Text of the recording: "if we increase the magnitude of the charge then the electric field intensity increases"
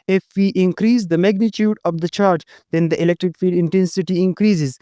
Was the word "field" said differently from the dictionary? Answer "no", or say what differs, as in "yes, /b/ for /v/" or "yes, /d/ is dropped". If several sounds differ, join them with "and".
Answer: yes, /l/ is dropped